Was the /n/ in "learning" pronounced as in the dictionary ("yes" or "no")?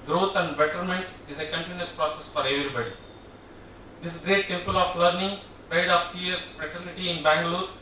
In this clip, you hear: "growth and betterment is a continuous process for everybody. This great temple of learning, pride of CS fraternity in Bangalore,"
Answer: yes